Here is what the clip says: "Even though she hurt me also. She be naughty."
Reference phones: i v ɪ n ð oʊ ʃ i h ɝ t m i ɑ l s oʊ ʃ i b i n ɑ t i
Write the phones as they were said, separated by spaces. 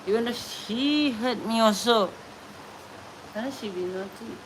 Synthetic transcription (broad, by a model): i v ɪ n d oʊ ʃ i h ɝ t m i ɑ s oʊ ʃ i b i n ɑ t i